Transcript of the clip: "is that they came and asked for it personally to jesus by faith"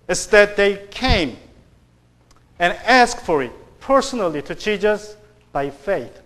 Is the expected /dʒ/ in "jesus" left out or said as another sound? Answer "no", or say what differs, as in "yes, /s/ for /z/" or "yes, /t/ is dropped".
yes, /tʃ/ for /dʒ/